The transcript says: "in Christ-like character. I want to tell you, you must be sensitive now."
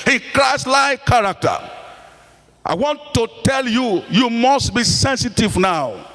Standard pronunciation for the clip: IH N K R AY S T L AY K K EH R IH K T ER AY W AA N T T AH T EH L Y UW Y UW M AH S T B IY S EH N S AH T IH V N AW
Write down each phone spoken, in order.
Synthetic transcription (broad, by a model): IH K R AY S L AY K K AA R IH K T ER AY W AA N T T AH T EH L Y UW Y UW M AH S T B IY S EH N S AH T IH V N AW